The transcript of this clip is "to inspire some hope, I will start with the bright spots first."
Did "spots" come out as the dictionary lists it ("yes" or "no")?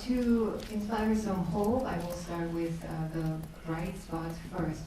no